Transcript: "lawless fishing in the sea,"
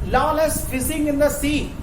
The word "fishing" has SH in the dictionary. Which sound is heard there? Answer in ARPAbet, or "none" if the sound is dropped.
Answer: S